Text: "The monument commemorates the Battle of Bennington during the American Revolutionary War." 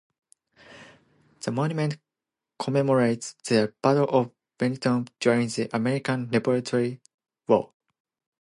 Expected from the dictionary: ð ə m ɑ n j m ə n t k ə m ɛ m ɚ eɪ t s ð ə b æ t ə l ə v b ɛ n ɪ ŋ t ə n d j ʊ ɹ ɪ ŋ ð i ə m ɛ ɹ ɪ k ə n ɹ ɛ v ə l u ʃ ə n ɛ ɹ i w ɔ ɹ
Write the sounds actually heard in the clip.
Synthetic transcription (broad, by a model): ð ə m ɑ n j m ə n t k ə m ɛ m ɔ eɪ t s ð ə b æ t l ə v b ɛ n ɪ t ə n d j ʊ ɹ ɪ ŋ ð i ə m ɛ ɹ ɪ k ə n l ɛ b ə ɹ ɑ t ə ɹ i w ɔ l